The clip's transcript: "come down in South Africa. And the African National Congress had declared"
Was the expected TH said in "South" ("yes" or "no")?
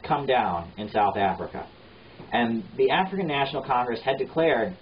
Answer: yes